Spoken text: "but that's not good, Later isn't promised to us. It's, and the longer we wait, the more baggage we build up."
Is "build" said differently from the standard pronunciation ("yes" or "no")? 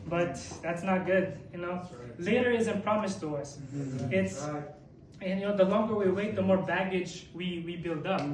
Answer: no